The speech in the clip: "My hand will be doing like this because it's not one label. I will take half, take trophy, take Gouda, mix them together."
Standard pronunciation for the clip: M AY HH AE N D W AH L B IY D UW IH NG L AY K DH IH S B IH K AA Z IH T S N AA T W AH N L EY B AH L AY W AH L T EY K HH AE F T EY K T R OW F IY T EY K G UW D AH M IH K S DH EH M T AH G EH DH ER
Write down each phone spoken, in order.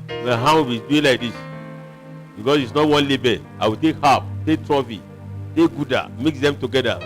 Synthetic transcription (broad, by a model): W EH HH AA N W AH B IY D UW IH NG L AY K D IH S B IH K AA S IH T S N AA T W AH N L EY B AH AY W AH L T EY K HH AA P T EY K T R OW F IY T EY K G UW D AH M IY K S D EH M T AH G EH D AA